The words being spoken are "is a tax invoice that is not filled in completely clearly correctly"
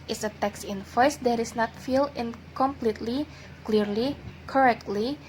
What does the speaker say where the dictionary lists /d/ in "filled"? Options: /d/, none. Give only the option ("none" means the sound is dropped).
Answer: none